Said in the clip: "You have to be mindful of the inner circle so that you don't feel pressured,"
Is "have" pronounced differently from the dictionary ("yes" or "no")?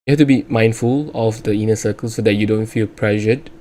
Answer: yes